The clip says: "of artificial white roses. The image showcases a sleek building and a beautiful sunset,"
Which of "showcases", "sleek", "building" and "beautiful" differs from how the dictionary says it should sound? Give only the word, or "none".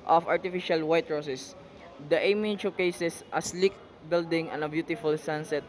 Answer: showcases